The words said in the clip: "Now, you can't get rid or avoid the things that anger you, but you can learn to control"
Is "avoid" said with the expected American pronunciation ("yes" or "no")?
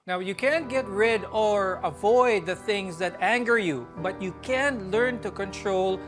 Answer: yes